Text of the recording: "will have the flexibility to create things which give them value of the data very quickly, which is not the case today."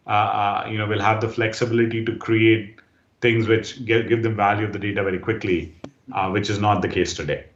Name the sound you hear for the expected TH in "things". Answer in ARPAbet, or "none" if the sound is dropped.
T